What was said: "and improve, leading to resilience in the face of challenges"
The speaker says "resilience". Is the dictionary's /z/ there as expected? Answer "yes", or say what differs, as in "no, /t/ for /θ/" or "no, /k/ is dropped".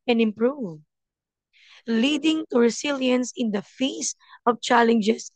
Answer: no, /s/ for /z/